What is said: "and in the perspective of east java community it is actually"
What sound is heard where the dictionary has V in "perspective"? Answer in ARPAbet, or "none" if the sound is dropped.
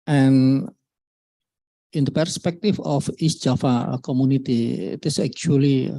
F